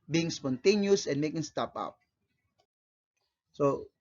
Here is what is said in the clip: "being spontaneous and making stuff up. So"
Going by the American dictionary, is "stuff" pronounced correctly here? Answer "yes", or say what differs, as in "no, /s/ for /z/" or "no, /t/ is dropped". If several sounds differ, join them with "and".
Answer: no, /p/ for /f/